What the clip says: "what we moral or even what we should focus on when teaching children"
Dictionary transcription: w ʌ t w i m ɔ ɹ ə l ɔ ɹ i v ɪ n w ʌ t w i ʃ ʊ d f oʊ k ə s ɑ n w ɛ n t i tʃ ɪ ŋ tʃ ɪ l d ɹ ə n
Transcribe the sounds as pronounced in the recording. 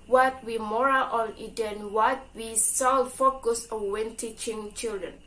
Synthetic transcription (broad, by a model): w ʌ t w i m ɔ ɹ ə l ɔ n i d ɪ n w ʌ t w i s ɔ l f oʊ k ə s ɑ n w ɛ n t i tʃ ɪ ŋ tʃ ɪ l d ɹ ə n